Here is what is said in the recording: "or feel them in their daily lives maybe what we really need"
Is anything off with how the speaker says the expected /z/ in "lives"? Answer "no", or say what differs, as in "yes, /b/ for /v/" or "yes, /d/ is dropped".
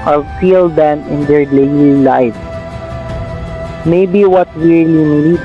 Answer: yes, /z/ is dropped